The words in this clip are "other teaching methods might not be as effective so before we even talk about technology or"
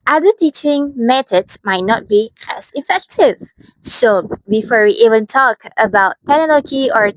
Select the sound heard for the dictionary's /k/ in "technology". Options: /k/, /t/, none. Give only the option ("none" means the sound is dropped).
none